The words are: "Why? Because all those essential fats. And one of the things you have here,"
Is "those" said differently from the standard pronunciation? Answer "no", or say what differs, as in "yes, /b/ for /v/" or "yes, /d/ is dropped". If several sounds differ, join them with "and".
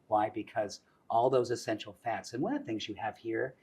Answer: no